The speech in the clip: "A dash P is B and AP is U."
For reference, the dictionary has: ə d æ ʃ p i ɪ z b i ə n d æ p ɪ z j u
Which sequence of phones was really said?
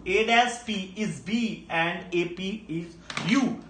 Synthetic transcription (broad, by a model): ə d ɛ s p i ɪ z b i ə n d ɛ p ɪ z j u